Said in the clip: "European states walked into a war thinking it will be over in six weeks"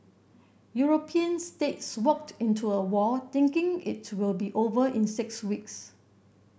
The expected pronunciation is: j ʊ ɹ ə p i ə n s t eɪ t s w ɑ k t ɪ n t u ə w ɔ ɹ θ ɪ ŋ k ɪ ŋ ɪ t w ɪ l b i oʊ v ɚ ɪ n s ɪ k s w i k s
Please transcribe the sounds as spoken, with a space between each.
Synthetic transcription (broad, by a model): j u ɹ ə p i ə n s t eɪ t s w ɑ k t ɪ n t u ə w ɔ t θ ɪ ŋ k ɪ ŋ ɪ t w ɪ l b i oʊ v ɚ ɪ n s ɪ k s w i k s